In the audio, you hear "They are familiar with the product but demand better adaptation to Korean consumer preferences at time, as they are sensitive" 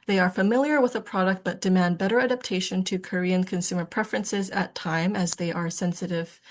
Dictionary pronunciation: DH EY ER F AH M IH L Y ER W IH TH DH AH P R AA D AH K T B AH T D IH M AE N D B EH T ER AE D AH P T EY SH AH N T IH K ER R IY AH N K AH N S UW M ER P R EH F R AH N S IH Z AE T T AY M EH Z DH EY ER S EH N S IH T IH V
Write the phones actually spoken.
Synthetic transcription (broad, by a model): DH EY ER F AH M IH L Y ER W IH DH AH P R AA D AH K T B AH T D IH M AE N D B EH T ER AE D AH P T EY SH AH N T IH K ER R IY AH N K AH N S UW M ER P R EH F R AH N S IH Z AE T T AY M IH Z DH EY ER S EH N S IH T IH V